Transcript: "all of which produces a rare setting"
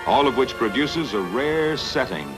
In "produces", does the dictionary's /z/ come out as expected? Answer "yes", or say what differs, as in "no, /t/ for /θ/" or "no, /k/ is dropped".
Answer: yes